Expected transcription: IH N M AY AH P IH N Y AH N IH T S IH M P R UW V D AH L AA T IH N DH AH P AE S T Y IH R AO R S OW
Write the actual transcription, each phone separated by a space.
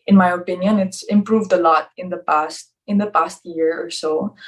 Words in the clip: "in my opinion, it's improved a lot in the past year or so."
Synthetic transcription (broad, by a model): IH N M AY AH P IH N Y AH N IH T S IH M P R UW V D AH L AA T IH N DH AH P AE S T Y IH R AO R S OW